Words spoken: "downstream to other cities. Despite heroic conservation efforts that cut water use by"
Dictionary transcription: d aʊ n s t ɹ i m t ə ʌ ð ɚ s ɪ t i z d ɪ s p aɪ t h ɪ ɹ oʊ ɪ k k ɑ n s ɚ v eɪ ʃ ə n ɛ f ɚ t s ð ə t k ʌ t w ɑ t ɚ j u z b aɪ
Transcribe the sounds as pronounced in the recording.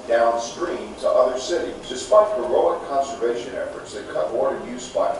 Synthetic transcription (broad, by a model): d aʊ n s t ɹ i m t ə ʌ ð ɚ s ɪ t i d ɪ s p aɪ t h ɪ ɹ oʊ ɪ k k ɑ n s ɚ v eɪ ʃ ə n ɛ f ɚ t s ð ə t k ʌ t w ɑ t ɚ j u z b aɪ